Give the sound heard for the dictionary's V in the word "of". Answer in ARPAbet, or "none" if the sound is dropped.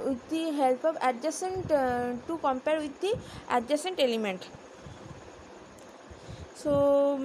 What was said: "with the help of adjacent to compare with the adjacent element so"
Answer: B